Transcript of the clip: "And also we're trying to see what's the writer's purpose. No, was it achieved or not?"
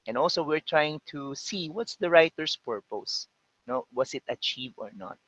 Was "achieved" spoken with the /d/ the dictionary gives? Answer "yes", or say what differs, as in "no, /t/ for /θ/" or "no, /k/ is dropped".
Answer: no, /d/ is dropped